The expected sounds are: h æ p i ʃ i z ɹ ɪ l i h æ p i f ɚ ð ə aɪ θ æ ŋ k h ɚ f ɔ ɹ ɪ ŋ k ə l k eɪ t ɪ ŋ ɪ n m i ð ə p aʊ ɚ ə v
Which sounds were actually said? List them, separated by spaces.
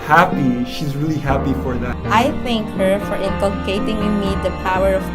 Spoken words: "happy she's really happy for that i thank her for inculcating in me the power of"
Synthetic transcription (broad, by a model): h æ p i ʃ i z ɹ ɪ l i h æ p i f ɚ ð ə aɪ θ æ ŋ k h ɚ f ɔ ɹ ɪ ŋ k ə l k eɪ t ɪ ŋ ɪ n m i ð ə p aʊ ɚ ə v